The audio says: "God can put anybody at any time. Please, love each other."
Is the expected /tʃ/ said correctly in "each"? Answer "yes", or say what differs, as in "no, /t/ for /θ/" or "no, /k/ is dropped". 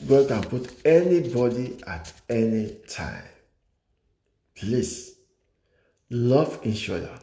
no, /ʃ/ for /tʃ/